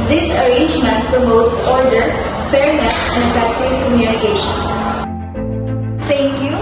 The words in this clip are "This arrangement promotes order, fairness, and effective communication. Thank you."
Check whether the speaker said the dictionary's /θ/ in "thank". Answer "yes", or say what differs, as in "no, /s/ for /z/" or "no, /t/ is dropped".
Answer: no, /t/ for /θ/